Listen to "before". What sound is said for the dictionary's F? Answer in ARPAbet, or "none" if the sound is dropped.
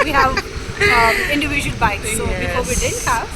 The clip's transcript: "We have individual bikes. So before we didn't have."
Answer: none